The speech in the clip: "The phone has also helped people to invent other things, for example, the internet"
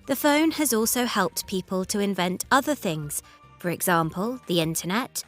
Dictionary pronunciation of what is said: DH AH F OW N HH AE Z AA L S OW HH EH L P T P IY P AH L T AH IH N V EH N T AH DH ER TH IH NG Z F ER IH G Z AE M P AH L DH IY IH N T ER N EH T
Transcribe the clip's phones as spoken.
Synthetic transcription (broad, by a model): DH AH F OW N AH Z AA L S OW HH EH L P T P IY P AH L T AH IH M V EH N T AH DH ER TH IH NG Z F ER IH G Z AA M P AH L DH IY IH N T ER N EH T